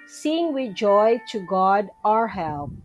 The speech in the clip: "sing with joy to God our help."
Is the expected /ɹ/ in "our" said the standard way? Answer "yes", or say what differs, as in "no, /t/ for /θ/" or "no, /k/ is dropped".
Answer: yes